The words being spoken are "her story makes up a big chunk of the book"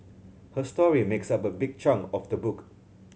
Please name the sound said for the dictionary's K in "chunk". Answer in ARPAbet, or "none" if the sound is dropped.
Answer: none